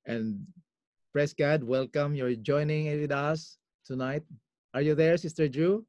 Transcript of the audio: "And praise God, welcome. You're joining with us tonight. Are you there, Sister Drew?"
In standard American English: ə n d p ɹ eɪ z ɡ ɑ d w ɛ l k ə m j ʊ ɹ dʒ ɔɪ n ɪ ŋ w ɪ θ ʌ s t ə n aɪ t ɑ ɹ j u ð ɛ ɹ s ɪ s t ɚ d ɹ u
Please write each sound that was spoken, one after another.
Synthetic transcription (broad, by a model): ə n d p ɹ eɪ s ɡ ɑ d w ɛ l k ə m j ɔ ɹ dʒ ɔɪ n ɪ ŋ w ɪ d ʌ s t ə n aɪ t ɑ ɹ j u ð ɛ ɹ s ɪ s t ɚ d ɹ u